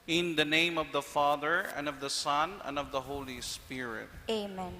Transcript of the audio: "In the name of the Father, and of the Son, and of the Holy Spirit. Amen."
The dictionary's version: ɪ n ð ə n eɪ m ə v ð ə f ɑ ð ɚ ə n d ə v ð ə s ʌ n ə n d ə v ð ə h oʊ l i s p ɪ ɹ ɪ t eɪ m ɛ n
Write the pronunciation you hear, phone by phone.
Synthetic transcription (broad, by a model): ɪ n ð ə n eɪ m ə v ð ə f ɑ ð ɚ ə n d ə v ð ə s ʌ n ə n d ə v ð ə h oʊ l i s p ɪ ɹ ɪ t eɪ m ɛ n